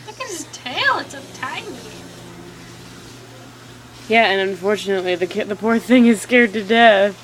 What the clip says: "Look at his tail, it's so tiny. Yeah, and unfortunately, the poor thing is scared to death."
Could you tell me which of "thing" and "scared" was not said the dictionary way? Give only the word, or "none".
none